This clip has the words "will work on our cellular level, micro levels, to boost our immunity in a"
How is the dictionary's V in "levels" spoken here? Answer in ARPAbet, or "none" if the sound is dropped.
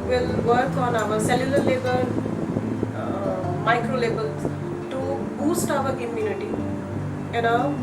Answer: B